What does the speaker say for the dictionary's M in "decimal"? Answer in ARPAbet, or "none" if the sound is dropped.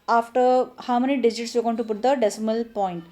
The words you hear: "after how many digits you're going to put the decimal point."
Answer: M